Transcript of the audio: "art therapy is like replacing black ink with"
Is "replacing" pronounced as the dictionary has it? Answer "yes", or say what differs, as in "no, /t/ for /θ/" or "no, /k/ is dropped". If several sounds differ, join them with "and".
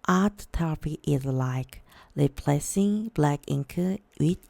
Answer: no, /l/ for /ɹ/